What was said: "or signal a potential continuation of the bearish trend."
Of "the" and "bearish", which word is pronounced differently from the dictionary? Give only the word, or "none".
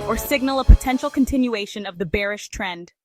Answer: none